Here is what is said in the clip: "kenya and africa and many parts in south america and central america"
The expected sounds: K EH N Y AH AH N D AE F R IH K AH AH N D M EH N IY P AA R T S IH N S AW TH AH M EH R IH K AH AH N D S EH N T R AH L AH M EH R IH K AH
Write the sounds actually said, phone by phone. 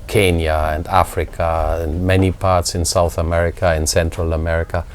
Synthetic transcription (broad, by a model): K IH N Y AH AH N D AE F R IH K AH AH N M EH N IY P AA R T S IH N S AW TH AH M EH R IH K AH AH N S EH N T R AH L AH M EH R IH K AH